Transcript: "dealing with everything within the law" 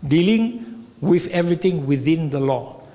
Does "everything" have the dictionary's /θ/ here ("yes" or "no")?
no